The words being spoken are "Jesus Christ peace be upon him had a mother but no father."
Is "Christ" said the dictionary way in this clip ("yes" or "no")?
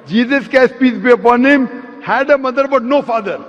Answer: no